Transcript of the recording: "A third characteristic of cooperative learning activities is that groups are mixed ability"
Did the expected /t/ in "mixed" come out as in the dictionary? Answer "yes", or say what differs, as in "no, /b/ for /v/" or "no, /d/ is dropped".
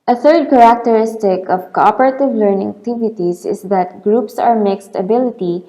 yes